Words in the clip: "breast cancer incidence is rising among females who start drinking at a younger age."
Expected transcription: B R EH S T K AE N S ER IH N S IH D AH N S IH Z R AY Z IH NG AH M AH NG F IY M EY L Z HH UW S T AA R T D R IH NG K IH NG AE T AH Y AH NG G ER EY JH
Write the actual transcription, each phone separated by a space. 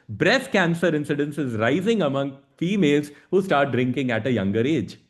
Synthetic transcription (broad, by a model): B R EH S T K AE N S ER IH N S IH D AH N S IH Z R AY Z IH NG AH M AH NG F IY M EY L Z HH UW S T AA R T D R IH NG K IH NG AE T AH Y AH NG G ER EY JH